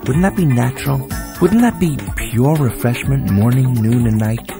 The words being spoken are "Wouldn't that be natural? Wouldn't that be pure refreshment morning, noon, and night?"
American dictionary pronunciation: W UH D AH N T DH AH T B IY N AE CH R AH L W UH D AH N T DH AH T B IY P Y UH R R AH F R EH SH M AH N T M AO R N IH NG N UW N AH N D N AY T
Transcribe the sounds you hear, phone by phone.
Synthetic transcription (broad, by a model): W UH D N DH AH T B IY N AE CH R AH L W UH D N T DH AH T B IY P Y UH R R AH F R EH SH M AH N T M AO R N IH NG N UW N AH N N AY T